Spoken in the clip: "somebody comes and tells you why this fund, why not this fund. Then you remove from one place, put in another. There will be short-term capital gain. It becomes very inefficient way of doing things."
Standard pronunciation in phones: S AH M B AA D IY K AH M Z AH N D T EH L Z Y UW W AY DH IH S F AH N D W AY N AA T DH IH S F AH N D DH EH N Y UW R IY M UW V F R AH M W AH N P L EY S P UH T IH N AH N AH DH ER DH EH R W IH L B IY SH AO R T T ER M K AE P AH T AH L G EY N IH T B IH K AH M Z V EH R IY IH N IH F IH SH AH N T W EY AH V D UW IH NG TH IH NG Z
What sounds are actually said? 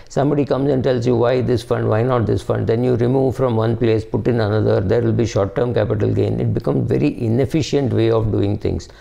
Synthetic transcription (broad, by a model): S AH M B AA D IY K AH M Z AH N D T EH L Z Y UW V AY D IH S F AH N D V AY N AA T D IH S F AH N D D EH N Y UW R IY M UW V F R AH M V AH N P L EY S P UH T IH N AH N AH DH ER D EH R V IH L B IY SH AO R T T ER M K AE P AH T AH L G EY N IH T B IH K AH M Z V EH R IY IH N IH F IH SH AH N T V EY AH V D UW IH NG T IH NG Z